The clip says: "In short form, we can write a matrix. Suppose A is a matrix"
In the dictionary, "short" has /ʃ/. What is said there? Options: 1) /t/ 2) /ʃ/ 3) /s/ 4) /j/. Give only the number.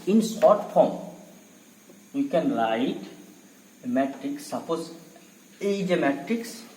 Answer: 3